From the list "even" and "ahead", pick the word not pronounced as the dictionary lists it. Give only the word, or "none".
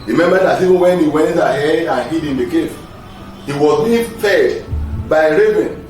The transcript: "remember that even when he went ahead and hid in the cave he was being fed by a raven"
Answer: ahead